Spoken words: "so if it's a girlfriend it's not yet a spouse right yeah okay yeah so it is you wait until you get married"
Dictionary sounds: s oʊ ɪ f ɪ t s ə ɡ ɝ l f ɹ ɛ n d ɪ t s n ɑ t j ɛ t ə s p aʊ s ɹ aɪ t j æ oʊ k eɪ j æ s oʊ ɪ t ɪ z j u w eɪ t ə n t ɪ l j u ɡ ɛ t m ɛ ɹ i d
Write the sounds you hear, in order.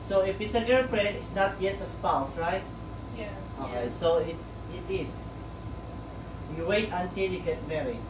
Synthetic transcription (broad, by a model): s oʊ ɪ f ɪ t s ə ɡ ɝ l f ɹ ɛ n ɪ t s n ɑ t j ɛ t ə s p aʊ s ɹ aɪ t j oʊ k eɪ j s oʊ ɪ t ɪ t j u w eɪ t ə n t ɪ l j u ɡ ɛ t m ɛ ɹ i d